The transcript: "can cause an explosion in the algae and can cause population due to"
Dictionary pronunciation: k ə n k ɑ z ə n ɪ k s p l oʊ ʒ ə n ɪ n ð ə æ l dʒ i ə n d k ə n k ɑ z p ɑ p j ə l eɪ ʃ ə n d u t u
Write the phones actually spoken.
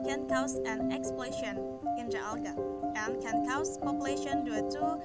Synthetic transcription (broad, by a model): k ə n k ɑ s ə n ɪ k s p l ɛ ʃ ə n ɪ n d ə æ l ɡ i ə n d k ə n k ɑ s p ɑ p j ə l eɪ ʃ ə n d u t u